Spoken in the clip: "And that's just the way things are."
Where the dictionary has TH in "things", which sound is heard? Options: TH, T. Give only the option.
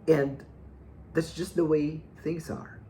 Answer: TH